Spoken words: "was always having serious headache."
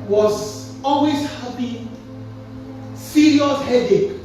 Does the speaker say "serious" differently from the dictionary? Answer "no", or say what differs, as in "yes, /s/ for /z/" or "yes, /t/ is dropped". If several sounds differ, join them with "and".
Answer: yes, /l/ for /ɹ/